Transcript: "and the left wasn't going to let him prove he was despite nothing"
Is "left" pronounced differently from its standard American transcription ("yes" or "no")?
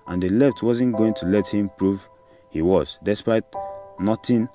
no